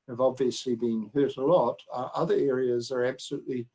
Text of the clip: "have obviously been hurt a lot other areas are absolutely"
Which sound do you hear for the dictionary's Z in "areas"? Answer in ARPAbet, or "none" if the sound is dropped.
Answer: Z